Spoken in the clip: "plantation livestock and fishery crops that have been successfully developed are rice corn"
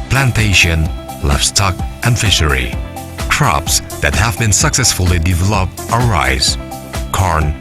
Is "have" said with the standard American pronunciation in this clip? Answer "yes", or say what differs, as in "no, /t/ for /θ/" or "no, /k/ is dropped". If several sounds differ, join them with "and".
yes